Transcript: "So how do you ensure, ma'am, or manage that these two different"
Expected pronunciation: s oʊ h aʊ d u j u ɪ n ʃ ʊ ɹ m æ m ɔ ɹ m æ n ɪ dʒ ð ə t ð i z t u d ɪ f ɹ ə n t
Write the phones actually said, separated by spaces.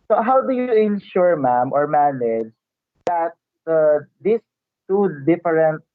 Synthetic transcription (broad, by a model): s oʊ h aʊ d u j u ɪ n ʃ ʊ ɹ m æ m ɔ ɹ m æ n ɪ dʒ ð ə t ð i s t u d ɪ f ɹ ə n t